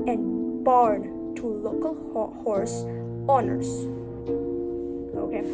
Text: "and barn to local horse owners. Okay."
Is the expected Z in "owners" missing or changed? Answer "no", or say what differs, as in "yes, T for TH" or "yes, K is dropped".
yes, S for Z